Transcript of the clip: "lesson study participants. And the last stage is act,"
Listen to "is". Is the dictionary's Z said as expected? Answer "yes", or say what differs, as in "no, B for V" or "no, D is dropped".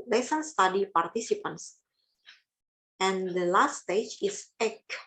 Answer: no, S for Z